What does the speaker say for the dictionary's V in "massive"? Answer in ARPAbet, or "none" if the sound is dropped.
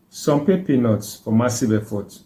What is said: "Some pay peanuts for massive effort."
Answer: B